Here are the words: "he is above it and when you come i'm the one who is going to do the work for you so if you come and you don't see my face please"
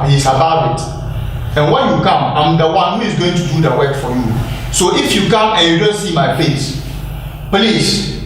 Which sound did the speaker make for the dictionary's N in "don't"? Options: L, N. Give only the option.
L